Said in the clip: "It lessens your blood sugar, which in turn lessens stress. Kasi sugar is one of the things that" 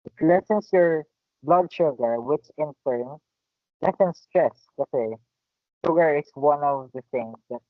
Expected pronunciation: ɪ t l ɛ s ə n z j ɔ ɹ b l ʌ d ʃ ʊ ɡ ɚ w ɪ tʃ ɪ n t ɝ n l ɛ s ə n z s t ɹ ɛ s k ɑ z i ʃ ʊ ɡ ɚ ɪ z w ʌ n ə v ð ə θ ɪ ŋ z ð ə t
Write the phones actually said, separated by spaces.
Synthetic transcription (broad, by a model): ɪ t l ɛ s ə n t j ɔ ɹ b l ʌ d ʃ ʊ ɡ ɚ w ɪ tʃ ɪ n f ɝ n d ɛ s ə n s t ɹ ɛ s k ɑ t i ʃ ʊ ɡ ɚ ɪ s w ʌ n ə v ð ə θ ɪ ŋ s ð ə t